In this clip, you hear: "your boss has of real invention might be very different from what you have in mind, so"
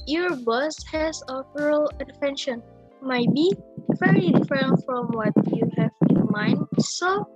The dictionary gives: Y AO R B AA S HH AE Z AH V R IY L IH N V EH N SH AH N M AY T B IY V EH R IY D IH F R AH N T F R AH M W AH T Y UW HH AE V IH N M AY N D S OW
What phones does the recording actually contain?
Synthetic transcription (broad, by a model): Y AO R B AA S HH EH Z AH P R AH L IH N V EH N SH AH N M AY T B IY V EH R IY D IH F R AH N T F R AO M W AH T Y UW HH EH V IH N M AY N D S OW